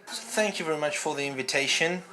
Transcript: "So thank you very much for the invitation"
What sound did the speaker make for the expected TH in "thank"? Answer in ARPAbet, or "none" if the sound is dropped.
TH